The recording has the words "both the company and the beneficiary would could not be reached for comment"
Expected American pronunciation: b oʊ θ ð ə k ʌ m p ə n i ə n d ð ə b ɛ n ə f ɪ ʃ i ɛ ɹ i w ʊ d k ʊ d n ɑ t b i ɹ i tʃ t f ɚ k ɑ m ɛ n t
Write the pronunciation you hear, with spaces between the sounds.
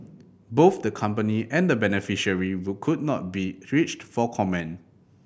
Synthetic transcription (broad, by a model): b oʊ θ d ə k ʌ m p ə n i ə n d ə b ɛ n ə f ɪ ʃ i ɹ i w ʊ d k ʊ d n ɑ t b i ɹ i tʃ t f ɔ k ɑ m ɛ n